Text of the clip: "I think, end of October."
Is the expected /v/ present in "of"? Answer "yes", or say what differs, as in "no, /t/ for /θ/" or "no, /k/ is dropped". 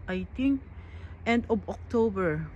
no, /b/ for /v/